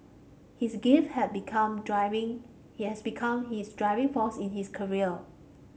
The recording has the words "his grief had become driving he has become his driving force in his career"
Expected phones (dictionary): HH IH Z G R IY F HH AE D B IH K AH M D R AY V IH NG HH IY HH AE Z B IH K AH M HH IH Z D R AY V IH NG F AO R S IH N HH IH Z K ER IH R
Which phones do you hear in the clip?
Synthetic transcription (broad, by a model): HH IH S G IY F HH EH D B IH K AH M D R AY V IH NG HH IY HH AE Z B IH K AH M HH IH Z D R AY V IH NG F AO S IH N HH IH S K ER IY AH